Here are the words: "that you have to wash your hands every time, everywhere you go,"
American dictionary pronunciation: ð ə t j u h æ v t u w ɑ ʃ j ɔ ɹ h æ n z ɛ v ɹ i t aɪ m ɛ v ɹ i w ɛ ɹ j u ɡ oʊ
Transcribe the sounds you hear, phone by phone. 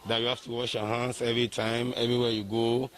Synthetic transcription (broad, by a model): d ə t j u h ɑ f t u w ɑ ʃ j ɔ h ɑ n s ɛ v ɹ i t aɪ m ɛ v ɹ i w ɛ j u ɡ oʊ